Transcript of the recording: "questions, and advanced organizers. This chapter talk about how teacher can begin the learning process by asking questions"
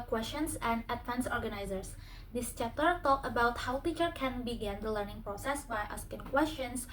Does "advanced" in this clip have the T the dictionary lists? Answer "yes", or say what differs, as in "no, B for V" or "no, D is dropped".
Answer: no, T is dropped